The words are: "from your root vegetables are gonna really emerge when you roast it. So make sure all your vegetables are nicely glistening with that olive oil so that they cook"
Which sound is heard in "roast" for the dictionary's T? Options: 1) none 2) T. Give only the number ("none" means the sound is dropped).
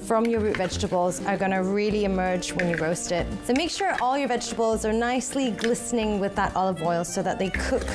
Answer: 2